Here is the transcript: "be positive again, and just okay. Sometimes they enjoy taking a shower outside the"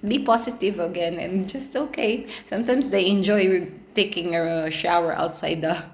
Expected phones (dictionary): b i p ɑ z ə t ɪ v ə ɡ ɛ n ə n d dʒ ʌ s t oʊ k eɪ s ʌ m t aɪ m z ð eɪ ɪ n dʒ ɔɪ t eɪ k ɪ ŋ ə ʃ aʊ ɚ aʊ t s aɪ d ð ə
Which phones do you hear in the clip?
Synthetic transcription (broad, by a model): b i p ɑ s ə t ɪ v ə ɡ ɛ n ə n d dʒ ʌ s t oʊ k eɪ s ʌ m t aɪ m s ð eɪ ɪ n dʒ ɔɪ t eɪ k ɪ ŋ ə ʃ aʊ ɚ aʊ t s aɪ d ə